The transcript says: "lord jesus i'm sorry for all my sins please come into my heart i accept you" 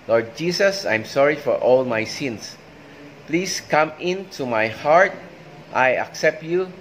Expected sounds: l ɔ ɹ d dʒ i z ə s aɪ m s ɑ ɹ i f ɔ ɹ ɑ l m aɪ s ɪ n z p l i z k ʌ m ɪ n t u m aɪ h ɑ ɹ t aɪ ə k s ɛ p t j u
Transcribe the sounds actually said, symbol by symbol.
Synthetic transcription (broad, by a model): l ɔ ɹ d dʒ i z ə s aɪ m s ɑ ɹ i f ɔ ɹ ɑ l m aɪ s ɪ n s p l i s k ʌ m ɪ n t u m aɪ h ɑ ɹ t aɪ ə k s ɛ p t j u